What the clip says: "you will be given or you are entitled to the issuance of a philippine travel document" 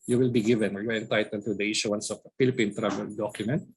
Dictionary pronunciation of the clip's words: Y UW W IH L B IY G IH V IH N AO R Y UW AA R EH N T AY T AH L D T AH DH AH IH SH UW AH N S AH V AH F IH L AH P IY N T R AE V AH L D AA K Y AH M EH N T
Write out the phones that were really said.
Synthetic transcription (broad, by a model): Y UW W IH L B IY G IH V IH N AO R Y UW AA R EH N T AY T AH L D T AH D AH IH SH UW AH N S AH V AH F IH L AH P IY N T R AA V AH L D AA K Y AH M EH N T